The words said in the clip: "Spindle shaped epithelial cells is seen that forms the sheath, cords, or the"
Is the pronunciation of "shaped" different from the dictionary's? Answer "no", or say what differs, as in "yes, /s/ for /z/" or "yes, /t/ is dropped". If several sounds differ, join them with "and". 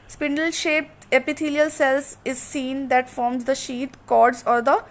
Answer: no